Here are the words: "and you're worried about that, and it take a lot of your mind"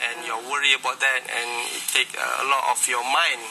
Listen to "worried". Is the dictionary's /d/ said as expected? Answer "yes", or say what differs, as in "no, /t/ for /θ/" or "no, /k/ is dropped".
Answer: no, /d/ is dropped